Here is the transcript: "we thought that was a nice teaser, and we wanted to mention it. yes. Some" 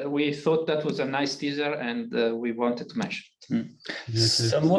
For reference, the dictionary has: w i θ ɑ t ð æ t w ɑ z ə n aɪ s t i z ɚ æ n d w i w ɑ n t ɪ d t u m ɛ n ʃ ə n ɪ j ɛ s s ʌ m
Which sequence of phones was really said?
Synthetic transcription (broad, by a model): w i θ ɑ t ð æ t w ɑ z ə n aɪ s t i z ɚ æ n d w i w ɑ n t ɪ d t u m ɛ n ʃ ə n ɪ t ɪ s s